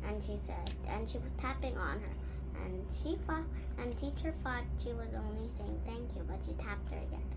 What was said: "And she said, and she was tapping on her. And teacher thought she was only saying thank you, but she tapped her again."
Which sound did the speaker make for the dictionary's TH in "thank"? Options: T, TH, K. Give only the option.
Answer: TH